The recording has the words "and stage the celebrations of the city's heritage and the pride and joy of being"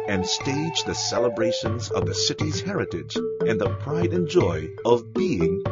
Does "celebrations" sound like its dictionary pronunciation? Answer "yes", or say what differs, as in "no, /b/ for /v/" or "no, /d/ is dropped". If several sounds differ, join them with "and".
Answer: yes